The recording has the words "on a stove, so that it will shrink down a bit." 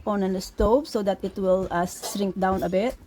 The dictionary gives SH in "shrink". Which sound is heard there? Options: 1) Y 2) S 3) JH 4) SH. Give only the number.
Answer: 2